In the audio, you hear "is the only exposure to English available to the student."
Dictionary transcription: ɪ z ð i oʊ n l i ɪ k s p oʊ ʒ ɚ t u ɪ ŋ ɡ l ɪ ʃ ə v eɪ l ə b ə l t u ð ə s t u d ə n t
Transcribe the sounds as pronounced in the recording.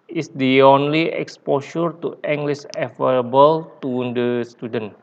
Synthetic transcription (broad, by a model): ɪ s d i oʊ n l i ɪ k s p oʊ ʃ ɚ t u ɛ ŋ ɡ l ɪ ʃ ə f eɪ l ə b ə l t u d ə s t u d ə n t